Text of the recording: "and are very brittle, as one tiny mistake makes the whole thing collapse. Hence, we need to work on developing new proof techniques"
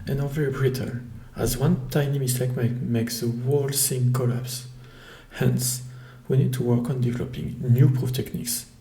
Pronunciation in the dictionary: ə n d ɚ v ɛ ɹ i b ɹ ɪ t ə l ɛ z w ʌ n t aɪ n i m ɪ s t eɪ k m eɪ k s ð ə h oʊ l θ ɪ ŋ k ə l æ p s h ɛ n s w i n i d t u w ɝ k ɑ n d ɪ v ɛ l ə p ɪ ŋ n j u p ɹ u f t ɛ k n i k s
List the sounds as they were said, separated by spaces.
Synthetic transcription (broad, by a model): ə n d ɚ v ɛ ɹ i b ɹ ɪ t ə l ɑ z w ʌ n t aɪ n i m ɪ s t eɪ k m eɪ k s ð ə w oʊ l s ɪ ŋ k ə l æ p s h ɛ n s w i n i d t u w ɝ k ɑ n d ɪ v ɛ l ə p ɪ ŋ n j u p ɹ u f t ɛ k n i k s